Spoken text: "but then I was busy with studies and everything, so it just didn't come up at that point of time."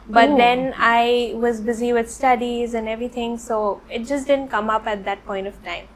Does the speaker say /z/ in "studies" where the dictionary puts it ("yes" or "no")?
yes